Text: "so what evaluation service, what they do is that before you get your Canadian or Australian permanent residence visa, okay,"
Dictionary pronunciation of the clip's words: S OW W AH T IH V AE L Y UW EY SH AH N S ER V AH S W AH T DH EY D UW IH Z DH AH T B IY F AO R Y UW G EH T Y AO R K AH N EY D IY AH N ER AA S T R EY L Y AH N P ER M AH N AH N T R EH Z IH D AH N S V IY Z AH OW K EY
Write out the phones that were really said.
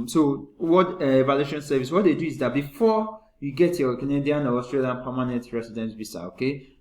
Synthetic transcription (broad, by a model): S OW W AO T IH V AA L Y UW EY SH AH N S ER V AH S W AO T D EY D UW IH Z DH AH T B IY F AO Y UW G EH T Y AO K AH N EY D IY AH N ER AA S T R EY L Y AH N P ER M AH N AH N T R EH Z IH D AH N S B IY S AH OW K EY